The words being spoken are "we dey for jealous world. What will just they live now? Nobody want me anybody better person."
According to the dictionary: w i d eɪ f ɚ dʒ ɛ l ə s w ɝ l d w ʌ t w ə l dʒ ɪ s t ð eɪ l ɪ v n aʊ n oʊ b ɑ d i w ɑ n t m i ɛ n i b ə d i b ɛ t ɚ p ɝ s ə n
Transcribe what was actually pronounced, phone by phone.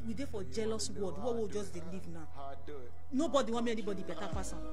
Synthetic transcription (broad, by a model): w i d eɪ f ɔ dʒ ɛ l ə s w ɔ d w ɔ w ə dʒ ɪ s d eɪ l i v n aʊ n oʊ b ɑ d i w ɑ m i ɛ n i b ə d i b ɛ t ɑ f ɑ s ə